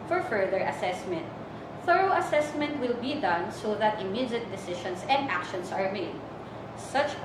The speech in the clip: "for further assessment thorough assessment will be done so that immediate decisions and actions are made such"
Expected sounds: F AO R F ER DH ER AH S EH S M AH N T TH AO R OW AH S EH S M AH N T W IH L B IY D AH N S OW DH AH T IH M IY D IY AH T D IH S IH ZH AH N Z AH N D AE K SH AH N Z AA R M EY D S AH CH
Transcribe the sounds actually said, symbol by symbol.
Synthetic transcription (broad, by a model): F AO R F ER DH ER AH S EH S M AH N T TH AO R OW AH S EH S M AH N T W IH L B IY D AH N S OW DH AH T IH M IY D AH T D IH S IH SH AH N S AH N D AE K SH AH N S AA R M EY D S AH CH